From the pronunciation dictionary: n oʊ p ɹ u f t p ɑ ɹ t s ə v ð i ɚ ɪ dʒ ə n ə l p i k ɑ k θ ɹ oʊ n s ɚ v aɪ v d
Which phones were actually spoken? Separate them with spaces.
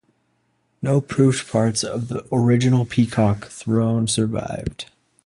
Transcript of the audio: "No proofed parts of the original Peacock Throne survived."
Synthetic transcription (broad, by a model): n oʊ p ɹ u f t p ɑ ɹ t s ə v ð i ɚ ɪ dʒ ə n l p i k ɑ k θ ɹ oʊ n s ɚ v aɪ v d